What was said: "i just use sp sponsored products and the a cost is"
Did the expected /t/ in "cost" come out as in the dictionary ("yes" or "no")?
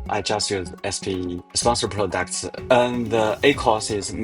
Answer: no